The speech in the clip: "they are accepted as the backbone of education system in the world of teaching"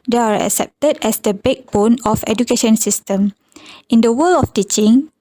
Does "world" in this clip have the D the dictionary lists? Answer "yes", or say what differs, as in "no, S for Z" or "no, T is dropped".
no, D is dropped